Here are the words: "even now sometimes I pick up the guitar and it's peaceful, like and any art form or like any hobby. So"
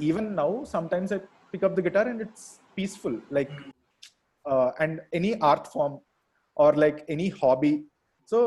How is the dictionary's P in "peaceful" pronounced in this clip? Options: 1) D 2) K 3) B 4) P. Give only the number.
4